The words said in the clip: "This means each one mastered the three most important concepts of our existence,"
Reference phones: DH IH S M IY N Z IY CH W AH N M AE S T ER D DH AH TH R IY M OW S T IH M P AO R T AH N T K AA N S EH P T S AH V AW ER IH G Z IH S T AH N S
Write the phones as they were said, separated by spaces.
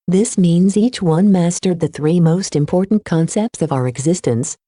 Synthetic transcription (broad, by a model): DH IH S M IY N Z IY CH W AH N M AE S T ER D DH AH TH R IY M OW S T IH M P AO R T N K AA N S EH P T S AH V AW ER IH G Z IH S T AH N S